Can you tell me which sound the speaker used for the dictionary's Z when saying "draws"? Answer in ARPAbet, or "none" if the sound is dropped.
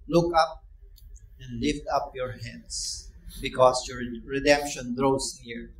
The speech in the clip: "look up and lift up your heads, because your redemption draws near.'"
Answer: S